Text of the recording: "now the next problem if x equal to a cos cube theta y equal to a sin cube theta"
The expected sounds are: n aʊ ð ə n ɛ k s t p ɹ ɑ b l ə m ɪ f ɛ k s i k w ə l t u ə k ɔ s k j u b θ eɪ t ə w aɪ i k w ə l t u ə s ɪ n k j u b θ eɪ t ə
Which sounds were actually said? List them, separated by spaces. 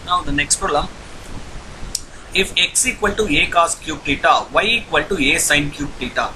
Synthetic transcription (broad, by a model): n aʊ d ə n ɛ k s t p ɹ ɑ l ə ɪ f ɛ k s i k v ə l t u ə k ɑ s k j u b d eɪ t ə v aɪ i k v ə l t u ə s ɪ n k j u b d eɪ t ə